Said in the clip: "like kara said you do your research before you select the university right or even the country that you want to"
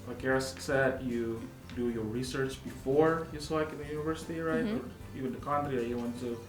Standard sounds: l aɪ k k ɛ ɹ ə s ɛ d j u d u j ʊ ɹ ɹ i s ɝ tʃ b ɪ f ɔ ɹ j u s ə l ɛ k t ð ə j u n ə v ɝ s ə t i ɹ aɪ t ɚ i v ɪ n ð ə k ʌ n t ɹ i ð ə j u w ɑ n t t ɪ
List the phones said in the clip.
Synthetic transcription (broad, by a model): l aɪ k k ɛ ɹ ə s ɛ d j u d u j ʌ ɹ ɹ i s ɝ tʃ b ɪ f ɔ ɹ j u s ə ɪ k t ð ə j u n ə v ɝ s ə t i ɹ aɪ t ɚ i v ɪ n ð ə k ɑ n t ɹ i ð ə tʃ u w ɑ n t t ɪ